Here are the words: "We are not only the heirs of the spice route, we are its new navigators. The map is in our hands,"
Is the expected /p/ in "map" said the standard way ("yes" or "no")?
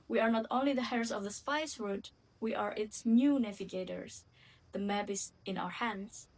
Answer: no